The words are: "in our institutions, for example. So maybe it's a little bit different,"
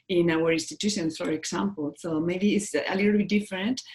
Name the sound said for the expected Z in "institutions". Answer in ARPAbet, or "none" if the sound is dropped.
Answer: S